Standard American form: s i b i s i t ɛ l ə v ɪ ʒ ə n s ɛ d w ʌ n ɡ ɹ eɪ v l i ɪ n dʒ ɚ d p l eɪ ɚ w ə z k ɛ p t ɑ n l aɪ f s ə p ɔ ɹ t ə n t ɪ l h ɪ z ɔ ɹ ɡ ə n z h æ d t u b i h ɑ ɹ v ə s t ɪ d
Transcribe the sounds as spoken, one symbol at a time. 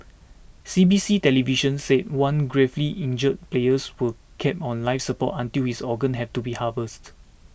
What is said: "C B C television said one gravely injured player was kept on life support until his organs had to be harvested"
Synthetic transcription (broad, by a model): s i b i s i t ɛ l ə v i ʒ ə n s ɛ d w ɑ n ɡ ɹ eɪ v l i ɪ n dʒ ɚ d p l eɪ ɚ w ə k ɛ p ɑ n l aɪ f s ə p ɔ t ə n t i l h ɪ s ɔ ɡ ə n h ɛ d t u b i h ɑ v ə s t